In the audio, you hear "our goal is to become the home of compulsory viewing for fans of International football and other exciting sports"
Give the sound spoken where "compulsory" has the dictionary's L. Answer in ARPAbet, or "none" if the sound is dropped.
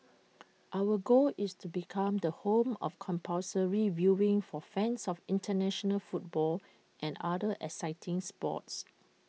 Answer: none